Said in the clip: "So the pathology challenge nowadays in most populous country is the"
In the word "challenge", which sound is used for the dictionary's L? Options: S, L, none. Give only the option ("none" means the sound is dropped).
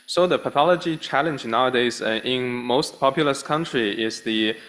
L